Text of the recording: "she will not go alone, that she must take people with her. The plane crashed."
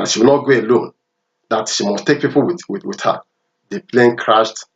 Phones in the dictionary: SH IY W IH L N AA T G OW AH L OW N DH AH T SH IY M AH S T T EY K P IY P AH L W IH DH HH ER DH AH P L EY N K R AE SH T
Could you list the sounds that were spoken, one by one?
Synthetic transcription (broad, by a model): SH IY W IH L N AA T G OW AH L OW N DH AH T SH IY M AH S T T EY K P IY P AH W W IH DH HH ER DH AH P L EY N K R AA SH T